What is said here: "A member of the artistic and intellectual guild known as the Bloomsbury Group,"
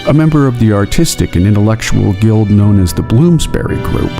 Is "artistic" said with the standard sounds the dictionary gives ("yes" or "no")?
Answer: yes